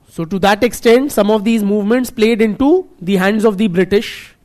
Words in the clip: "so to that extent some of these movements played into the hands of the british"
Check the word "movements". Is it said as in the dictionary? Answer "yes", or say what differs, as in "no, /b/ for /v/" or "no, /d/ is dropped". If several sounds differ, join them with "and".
yes